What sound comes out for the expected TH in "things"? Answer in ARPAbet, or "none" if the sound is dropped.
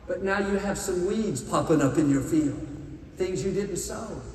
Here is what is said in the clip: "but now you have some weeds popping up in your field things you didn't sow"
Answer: TH